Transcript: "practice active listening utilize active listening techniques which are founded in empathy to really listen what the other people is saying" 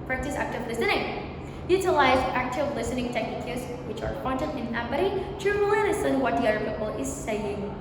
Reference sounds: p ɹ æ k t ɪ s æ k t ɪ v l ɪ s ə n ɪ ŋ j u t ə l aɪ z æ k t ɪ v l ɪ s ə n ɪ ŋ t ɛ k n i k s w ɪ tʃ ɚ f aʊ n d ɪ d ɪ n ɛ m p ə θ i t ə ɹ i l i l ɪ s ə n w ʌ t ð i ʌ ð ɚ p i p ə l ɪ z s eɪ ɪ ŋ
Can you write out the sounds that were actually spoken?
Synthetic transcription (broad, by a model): p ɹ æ k t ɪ s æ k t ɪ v l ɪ s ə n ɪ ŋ j u t ə l aɪ z æ k t ɪ v l ɪ s ə n ɪ ŋ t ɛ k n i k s w ɪ tʃ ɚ p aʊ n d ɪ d ɪ n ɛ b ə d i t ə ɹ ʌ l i n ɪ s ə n w ʌ t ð i ʌ ð ɚ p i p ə l ɪ z s eɪ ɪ ŋ